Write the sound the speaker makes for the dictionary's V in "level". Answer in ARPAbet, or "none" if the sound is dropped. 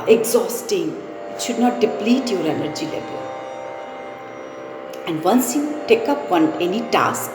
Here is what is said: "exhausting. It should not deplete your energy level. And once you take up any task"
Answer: B